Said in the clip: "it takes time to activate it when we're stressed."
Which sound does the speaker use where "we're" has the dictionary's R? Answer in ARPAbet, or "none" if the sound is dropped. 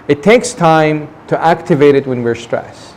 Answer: R